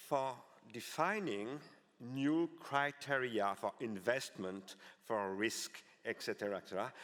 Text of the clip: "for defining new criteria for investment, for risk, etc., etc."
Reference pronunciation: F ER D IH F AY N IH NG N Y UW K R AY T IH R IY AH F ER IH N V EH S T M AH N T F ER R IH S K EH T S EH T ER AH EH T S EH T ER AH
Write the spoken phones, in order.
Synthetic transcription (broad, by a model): F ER D IH F AY N IH NG N Y UW K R AY T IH R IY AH F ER IH N V EH S T M AH N T F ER R IH S K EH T S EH T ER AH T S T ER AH